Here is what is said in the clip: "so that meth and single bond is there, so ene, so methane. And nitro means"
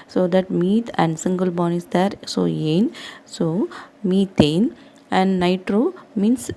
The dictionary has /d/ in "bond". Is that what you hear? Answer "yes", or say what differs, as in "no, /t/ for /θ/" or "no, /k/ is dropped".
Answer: no, /d/ is dropped